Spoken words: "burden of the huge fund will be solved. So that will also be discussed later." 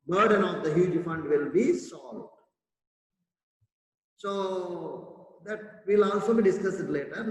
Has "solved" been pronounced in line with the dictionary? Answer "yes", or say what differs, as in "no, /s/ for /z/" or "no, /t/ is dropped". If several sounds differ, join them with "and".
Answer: no, /v/ is dropped